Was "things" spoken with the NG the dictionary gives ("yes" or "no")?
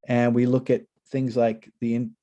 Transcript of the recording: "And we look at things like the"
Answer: yes